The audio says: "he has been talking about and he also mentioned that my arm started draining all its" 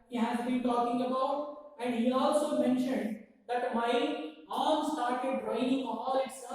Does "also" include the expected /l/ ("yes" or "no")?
yes